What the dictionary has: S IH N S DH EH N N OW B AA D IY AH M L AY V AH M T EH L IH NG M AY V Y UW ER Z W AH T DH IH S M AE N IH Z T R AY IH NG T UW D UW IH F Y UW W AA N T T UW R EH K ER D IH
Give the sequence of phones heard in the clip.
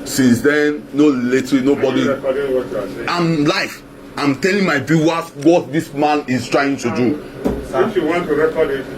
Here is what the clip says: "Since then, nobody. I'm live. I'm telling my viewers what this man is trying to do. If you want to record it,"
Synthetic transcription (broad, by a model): S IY N S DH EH N N OW B AA D IY AH M L AY F AH M T EH L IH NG M AY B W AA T W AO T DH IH S M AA N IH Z T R AY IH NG T UW D UW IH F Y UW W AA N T T UW R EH K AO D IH